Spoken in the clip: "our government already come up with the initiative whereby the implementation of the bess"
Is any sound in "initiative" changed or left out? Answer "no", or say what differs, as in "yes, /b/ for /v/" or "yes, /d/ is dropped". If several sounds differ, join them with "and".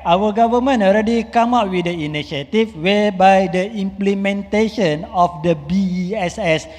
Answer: yes, /f/ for /v/